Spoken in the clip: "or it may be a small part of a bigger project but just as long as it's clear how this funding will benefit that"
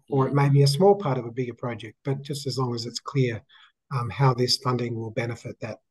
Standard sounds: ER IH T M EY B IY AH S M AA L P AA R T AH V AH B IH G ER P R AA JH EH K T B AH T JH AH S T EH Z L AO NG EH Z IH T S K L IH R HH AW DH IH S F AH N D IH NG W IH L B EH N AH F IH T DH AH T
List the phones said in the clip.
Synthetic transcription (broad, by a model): ER IH T M EY B IY AH S M AA L P AA R T AH V AH B IH G ER P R AA JH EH K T B AH T JH AH S T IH Z L AO NG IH Z IH T S K L IH R HH AW DH IH S F AH N D IH NG W IH L B EH N AH F IH T DH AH T